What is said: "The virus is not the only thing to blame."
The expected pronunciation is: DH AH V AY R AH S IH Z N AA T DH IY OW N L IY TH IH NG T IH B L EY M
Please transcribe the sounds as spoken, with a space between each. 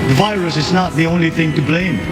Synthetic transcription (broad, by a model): DH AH V AY R AH S IH Z N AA T DH IY OW N L IY TH IH NG T IH B L EY M